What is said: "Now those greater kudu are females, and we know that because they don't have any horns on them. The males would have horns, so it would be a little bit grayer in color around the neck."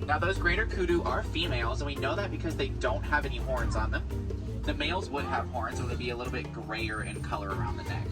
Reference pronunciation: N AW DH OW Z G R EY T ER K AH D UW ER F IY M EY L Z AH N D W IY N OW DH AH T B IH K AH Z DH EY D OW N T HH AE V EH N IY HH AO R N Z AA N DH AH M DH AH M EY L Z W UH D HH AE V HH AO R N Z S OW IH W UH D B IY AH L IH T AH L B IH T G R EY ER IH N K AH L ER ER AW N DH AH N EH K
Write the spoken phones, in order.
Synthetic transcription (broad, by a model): N AW DH OW Z G R EY T ER K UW D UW ER F IY M EY L Z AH N W IY N OW DH AH T B IH K AH Z DH EY D OW N T HH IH V EH N IY HH AO R N Z N DH AH M DH AH M EY L Z W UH D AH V HH AO R N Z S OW IH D B IY AH L IH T L B IH T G R EY ER IH N K AH L ER ER AW N DH AH N EH K